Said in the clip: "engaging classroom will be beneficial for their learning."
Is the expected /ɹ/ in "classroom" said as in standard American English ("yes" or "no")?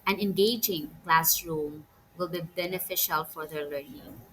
yes